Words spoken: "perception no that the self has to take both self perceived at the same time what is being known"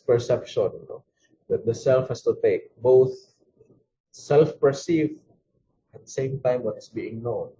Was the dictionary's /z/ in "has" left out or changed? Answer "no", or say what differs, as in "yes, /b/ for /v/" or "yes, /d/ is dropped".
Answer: yes, /s/ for /z/